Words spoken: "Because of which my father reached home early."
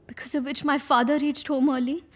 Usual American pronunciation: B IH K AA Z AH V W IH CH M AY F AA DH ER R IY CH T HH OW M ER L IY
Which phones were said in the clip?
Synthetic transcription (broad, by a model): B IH K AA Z AH V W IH CH M AY F AA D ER R IY CH T HH OW M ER L IY